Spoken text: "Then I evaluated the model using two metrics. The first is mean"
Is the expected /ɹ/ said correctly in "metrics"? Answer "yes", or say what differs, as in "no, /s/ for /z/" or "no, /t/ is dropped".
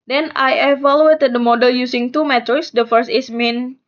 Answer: no, /ɹ/ is dropped